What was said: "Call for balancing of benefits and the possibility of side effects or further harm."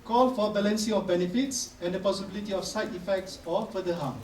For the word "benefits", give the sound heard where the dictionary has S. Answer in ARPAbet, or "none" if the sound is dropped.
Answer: S